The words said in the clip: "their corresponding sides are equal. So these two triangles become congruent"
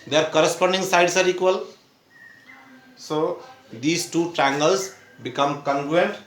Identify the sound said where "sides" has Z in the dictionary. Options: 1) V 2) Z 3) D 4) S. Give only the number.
4